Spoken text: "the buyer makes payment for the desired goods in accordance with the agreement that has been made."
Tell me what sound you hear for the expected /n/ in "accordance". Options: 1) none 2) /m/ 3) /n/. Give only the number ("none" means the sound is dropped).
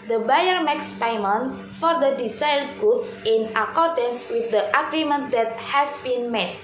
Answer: 3